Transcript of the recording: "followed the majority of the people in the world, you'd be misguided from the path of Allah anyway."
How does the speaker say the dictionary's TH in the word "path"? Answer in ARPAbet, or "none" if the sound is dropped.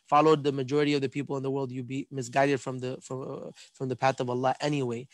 TH